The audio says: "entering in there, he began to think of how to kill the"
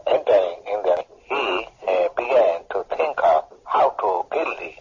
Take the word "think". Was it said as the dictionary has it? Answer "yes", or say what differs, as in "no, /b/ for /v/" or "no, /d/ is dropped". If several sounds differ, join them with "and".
no, /t/ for /θ/